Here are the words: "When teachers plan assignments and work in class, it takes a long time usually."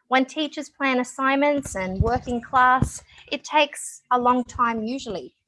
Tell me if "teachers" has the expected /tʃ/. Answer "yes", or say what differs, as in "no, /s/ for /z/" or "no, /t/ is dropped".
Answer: yes